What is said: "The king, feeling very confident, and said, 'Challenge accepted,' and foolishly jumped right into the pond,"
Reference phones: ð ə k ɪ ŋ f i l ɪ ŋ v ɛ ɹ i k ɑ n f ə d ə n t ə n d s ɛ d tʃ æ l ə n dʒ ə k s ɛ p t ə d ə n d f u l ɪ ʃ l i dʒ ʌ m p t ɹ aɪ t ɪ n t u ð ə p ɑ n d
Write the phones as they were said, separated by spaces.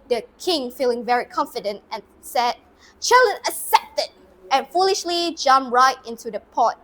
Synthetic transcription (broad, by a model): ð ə k ɪ ŋ f i l ɪ ŋ v ɛ ɹ i k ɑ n f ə d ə n t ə n s ɛ d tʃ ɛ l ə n ə s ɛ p t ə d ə n f u l ɪ ʃ l i dʒ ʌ m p ɹ aɪ t ɪ n t u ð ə p ɑ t